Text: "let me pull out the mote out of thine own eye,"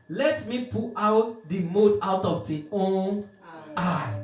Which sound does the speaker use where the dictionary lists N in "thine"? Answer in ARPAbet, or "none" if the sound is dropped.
none